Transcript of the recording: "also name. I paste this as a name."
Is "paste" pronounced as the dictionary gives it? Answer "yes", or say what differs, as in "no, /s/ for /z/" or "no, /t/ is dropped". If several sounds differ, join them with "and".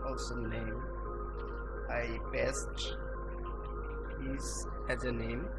no, /b/ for /p/